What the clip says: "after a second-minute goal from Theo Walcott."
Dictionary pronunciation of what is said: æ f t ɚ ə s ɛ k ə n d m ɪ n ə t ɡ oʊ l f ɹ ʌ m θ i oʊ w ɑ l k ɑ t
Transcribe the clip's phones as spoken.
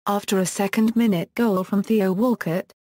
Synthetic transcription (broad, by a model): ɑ f t ɚ ə s ɛ k ə n d m ɪ n ə t ɡ oʊ l f ɹ ʌ m θ i oʊ w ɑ l k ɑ t